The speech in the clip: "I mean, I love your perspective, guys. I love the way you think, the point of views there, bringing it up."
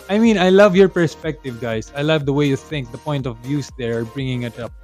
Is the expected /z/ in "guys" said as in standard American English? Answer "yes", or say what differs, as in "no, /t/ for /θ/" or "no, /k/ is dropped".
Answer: no, /s/ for /z/